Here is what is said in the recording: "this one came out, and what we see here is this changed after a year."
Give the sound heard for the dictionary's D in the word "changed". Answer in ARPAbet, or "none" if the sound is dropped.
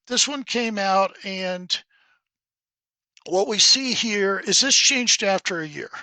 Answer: D